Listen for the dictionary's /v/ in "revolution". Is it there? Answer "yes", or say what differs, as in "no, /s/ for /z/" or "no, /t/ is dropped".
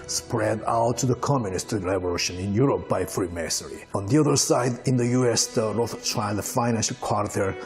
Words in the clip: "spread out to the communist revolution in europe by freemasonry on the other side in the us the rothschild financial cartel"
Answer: no, /b/ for /v/